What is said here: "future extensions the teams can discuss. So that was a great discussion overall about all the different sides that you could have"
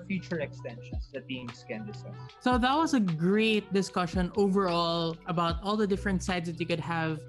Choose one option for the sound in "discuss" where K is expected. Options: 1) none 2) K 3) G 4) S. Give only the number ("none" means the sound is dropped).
1